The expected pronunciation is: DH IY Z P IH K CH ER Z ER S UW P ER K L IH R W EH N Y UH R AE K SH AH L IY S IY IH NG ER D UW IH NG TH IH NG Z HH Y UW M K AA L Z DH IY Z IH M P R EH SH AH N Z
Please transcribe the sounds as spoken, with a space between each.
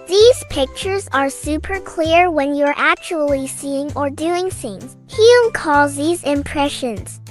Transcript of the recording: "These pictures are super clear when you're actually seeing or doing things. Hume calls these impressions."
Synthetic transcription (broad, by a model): DH IY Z P IH K CH ER Z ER S UW P ER K L IH R W EH N Y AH R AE K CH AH L IY S IY IH NG ER D UW IH NG TH IH NG Z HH Y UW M K AA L Z DH IY Z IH M P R EH SH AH N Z